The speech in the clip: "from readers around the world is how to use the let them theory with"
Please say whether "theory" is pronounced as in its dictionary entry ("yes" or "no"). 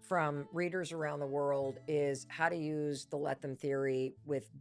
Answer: yes